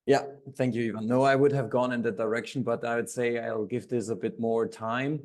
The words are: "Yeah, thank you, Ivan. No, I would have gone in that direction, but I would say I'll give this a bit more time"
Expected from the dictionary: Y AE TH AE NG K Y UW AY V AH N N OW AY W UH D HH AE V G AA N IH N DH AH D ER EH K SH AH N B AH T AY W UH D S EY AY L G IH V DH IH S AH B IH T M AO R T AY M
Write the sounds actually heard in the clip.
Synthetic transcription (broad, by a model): Y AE TH AE NG K Y UW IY V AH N N OW AY W UH D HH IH V G AA N IH N DH AH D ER EH K SH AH N B AH T AY W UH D S EY AY L G IH V DH IH S AH B IH T M AO R T AY M